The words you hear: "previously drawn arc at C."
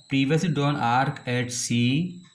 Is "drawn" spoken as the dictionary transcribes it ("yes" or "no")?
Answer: no